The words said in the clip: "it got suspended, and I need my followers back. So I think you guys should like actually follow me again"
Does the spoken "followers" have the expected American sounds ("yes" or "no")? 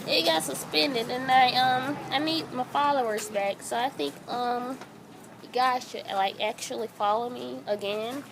yes